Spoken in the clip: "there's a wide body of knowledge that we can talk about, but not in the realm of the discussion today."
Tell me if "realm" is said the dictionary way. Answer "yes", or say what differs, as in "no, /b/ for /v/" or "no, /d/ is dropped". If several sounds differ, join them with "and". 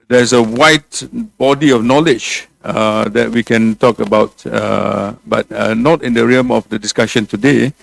no, /l/ is dropped